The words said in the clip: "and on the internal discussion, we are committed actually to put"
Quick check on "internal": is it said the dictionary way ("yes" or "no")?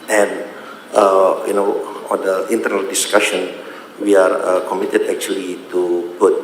yes